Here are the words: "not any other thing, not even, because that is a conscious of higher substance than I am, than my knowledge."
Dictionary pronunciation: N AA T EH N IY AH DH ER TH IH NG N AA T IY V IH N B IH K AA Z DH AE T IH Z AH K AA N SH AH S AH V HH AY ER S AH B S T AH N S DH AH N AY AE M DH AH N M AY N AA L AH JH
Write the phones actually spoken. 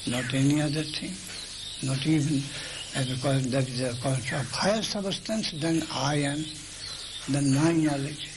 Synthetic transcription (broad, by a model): N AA T EH N IY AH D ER T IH NG N AA T IY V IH N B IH K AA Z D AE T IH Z AH K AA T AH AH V HH AY ER S AH B S T AH N S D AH N AY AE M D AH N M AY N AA L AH JH